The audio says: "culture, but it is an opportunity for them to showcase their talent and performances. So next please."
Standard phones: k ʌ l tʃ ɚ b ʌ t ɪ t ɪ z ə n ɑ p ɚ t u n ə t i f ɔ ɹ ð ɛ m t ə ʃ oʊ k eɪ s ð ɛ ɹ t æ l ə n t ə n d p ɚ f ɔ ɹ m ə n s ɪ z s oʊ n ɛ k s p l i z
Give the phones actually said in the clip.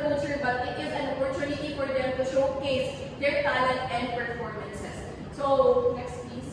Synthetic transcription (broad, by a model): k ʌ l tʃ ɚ b ʌ t ɪ t ɪ z ə n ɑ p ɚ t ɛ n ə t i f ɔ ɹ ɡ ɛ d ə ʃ oʊ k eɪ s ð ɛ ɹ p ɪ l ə t ə n d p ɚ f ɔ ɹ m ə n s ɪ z s oʊ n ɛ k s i